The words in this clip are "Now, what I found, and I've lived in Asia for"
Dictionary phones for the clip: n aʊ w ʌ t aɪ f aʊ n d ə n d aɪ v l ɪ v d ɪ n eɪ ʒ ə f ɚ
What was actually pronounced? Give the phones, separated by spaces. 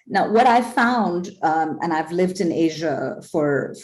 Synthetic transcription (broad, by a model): n aʊ w ʌ t aɪ f aʊ n d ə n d aɪ v l ɪ v d ɪ n eɪ ʒ ə f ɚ